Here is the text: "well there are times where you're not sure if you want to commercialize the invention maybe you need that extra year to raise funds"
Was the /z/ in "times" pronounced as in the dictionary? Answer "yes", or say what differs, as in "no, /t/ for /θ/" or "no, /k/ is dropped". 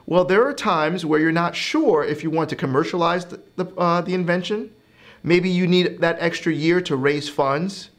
yes